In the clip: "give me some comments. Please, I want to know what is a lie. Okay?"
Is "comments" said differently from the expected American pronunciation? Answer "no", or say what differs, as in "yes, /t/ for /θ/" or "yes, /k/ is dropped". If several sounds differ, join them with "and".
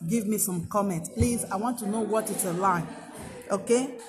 yes, /s/ is dropped